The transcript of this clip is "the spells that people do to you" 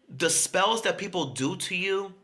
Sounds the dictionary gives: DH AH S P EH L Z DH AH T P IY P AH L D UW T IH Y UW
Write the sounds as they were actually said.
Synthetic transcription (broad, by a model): DH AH S P EH L Z DH AH T P IY P L D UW T IH Y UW